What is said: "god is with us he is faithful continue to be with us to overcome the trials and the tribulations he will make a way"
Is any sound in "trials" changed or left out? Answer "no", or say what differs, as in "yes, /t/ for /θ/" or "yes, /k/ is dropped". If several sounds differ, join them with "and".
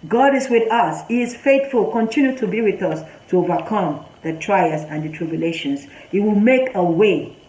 yes, /l/ is dropped